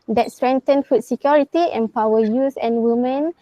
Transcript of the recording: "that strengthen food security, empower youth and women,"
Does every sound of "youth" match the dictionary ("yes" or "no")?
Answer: no